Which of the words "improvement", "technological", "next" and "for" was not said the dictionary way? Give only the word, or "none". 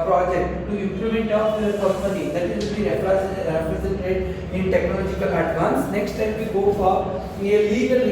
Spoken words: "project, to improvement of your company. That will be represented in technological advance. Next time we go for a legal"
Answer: improvement